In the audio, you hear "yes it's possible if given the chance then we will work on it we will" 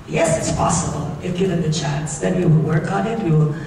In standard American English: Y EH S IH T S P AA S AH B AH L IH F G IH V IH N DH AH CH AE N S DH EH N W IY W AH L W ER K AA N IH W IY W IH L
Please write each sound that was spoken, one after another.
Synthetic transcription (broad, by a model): Y EH S IH T S P AA S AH B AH L IH F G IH IH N DH AH CH AE N S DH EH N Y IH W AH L W ER K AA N IH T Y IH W